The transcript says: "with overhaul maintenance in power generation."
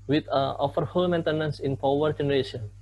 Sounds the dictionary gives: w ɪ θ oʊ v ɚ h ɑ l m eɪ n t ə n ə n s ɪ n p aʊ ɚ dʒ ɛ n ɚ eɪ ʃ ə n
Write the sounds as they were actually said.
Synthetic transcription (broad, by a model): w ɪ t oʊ f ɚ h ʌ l m eɪ n t ə n ə n s ɪ n p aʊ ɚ dʒ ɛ n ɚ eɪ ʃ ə n